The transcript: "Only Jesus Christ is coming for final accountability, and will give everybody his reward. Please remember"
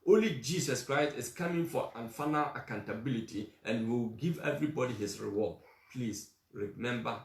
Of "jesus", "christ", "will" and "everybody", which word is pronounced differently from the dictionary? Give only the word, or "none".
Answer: jesus